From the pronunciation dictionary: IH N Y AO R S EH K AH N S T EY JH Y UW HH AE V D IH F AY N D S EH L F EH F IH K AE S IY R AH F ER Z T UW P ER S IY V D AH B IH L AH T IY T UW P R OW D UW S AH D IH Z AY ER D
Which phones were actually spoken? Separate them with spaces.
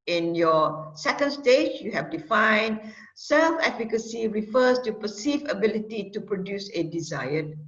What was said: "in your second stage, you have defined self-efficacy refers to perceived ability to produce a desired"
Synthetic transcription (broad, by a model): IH N Y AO S EH K AH N S T EY JH Y UW HH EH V D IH F AY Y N S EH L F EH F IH K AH S IY R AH F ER S T UW P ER S IY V AH B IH L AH T IY T UW P R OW D UW S AH D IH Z AY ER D